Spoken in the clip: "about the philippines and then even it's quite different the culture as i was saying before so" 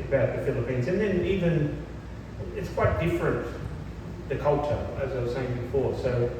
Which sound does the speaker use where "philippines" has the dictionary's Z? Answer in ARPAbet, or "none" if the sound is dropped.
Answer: Z